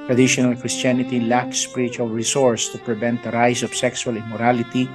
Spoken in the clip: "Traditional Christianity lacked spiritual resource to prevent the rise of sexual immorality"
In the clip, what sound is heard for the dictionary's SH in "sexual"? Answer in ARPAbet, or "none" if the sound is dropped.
S